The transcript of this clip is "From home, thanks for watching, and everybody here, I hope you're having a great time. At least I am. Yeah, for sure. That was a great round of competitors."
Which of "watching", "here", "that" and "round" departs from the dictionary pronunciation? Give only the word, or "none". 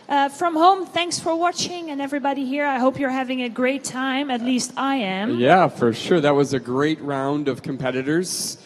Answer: none